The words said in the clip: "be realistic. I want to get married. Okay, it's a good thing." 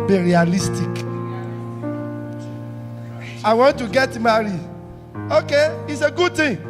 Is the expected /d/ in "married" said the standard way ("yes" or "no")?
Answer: no